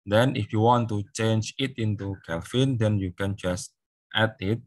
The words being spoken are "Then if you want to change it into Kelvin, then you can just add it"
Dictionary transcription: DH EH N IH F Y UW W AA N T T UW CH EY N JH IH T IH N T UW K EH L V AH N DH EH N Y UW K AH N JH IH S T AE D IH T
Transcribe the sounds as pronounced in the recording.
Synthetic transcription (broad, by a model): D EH N IH F Y UW W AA N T T UW CH EY N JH IH T IH N T UW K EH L F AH N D EH N Y UW K AH N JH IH S T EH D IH T